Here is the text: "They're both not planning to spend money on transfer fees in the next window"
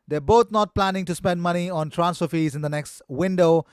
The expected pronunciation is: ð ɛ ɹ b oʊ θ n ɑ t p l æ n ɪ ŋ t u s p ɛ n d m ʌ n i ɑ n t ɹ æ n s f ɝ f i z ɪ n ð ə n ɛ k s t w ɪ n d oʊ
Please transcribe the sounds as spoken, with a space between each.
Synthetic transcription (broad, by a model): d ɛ b oʊ t n ɑ t p l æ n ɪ ŋ t u s p ɛ n d m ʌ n i ɑ n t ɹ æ n s ɝ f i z ɪ n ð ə n ɛ k s t w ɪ n d oʊ